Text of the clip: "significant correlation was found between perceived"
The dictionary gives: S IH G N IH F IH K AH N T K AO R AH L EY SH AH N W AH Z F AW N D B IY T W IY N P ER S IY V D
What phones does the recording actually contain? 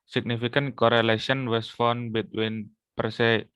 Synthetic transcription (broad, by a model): S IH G N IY F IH K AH N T K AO R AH L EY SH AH N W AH S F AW N B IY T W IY N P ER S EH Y